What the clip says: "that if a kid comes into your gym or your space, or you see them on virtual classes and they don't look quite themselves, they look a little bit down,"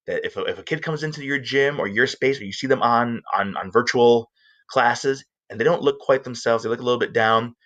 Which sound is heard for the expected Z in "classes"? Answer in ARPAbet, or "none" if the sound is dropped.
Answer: Z